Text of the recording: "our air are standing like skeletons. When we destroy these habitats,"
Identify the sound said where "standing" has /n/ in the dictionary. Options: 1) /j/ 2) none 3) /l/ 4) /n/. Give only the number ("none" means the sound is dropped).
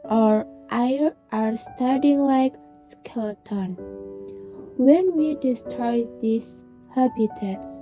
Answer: 2